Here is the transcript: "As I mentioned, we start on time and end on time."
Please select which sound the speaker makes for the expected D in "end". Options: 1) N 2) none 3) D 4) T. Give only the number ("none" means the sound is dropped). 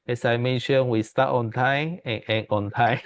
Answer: 2